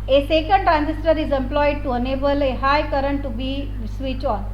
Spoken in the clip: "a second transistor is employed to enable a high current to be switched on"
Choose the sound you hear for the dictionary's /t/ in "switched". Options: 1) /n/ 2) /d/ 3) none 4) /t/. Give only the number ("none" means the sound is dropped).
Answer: 3